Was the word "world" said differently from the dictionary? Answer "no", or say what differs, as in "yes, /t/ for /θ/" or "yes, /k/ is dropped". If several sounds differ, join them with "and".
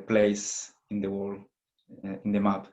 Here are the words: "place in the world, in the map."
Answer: yes, /d/ is dropped